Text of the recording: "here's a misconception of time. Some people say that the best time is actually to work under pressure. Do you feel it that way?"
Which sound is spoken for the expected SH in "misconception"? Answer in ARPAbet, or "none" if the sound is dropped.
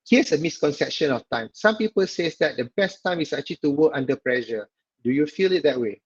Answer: SH